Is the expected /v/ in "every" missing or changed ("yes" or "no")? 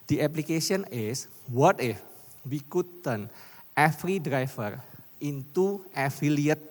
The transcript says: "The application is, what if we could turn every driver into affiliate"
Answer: yes